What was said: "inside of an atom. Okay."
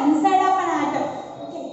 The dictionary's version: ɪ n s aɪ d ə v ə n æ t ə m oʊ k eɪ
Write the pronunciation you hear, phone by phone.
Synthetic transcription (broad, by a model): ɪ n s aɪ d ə p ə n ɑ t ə oʊ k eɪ